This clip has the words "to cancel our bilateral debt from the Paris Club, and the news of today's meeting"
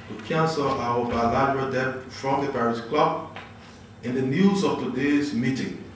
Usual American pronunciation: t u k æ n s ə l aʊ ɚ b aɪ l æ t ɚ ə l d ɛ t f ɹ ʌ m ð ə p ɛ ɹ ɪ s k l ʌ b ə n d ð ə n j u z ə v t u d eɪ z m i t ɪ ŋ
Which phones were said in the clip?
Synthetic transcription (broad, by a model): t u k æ n s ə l aʊ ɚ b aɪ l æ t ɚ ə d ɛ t f ɹ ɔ m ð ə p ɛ ɹ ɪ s k l ʌ b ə n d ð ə n j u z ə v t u d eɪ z m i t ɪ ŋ